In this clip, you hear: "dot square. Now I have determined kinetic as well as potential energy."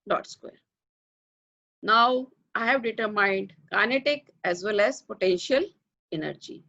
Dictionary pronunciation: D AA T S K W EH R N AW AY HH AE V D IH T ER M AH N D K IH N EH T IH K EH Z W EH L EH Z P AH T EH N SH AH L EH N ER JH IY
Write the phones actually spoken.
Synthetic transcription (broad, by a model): D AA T S K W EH R N AW AY HH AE V D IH T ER M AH N D K IH N EH T IH K EH Z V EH L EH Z P AH T EH N SH AH L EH N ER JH IY